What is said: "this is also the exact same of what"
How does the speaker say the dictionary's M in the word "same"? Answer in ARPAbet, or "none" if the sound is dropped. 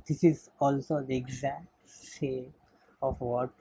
none